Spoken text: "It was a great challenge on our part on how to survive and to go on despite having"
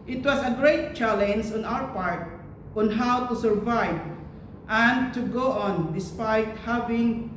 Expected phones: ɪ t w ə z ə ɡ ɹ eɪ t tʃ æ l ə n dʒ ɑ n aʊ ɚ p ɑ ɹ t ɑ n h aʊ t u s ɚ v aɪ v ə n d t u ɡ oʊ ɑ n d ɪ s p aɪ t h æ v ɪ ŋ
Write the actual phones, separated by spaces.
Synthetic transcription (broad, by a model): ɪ t w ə s ə ɡ ɹ eɪ t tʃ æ l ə n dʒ ɑ n aʊ ɚ p ɑ ɹ t ɑ n h aʊ t u s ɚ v aɪ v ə n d t u ɡ oʊ ɑ n d ɪ s p aɪ t h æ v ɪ ŋ